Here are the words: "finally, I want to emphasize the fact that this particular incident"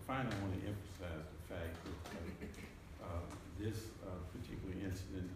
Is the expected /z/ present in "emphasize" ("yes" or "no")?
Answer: yes